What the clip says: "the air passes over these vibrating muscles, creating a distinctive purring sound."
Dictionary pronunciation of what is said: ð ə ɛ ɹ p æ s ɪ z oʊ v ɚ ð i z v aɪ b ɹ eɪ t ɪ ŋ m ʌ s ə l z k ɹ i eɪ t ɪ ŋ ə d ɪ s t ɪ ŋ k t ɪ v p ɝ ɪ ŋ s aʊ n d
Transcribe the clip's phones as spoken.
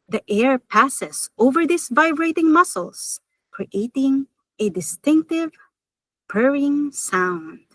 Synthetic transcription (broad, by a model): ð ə ɛ ɹ p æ s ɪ s oʊ v ɚ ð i s v aɪ b ɹ eɪ t ɪ ŋ m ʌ s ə l s k ɹ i eɪ t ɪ ŋ ə d ɪ s t ɪ ŋ k t ɪ v p ɝ ɪ ŋ s aʊ n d